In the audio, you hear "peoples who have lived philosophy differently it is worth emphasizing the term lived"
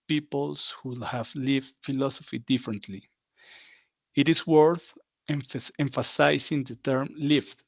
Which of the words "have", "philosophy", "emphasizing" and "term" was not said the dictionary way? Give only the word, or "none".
emphasizing